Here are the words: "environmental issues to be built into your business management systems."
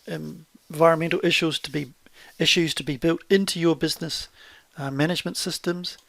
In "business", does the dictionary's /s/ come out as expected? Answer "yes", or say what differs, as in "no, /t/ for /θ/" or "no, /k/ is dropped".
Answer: yes